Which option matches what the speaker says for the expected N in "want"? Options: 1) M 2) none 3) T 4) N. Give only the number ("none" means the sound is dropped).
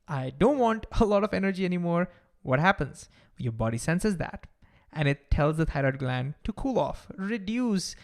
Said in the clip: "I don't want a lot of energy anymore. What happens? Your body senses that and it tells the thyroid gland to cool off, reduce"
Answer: 4